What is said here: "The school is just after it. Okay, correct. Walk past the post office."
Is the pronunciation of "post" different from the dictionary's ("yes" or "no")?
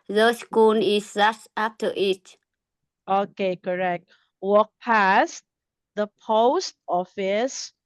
no